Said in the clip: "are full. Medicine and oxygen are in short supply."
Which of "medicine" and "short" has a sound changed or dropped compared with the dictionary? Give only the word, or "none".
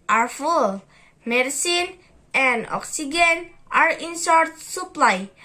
short